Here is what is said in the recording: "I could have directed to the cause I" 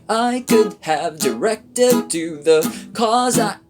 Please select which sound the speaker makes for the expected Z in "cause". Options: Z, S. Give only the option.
Z